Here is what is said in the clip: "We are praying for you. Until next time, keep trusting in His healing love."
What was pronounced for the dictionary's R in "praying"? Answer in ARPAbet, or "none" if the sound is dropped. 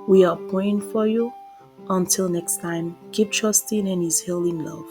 none